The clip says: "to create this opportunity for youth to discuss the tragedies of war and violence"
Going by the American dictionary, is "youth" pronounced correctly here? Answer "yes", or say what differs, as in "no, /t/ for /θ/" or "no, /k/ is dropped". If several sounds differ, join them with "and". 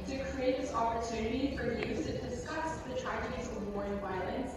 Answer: no, /s/ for /θ/